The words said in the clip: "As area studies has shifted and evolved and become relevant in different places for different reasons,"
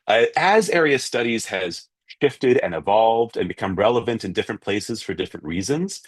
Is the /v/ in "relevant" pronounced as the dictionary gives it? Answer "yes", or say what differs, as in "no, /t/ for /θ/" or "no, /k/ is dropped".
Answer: yes